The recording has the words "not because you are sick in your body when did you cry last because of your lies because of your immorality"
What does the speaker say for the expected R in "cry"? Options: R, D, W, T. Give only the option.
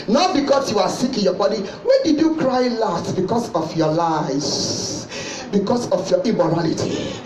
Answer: R